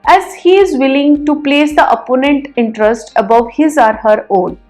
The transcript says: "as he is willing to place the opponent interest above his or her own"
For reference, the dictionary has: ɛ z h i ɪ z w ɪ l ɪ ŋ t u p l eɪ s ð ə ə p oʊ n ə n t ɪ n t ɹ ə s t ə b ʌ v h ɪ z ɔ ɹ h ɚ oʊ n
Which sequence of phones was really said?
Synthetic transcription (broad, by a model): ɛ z h i ɪ z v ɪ l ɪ ŋ t u p l eɪ s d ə ə p oʊ n ə n t ɪ n t ɹ ə s t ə b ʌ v h ɪ z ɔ ɹ h ɚ oʊ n